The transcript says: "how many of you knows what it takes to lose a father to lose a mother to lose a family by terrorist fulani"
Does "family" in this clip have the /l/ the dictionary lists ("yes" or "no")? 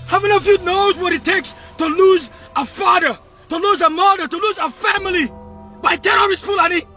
yes